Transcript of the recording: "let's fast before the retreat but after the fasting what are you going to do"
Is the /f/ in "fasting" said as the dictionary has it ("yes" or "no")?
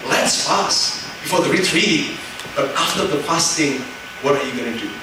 no